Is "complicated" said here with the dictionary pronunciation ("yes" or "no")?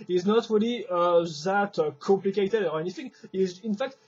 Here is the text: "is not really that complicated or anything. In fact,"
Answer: yes